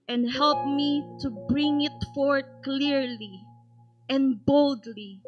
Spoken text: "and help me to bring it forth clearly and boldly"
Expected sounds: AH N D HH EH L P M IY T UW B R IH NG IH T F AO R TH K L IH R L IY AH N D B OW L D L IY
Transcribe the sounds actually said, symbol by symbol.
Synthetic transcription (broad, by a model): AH N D HH EH L P M IY T UW B R IH NG IH T F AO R T K L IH R L IY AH N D B OW L D L IY